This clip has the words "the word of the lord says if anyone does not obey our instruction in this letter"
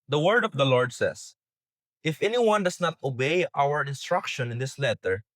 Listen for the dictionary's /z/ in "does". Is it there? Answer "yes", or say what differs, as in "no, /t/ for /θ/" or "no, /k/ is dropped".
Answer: no, /s/ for /z/